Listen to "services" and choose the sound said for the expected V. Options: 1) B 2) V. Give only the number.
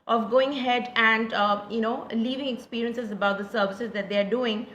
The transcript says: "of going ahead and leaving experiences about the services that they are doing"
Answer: 2